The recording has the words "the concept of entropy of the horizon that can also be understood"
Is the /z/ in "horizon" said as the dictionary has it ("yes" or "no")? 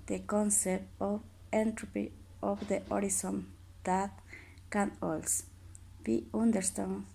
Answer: no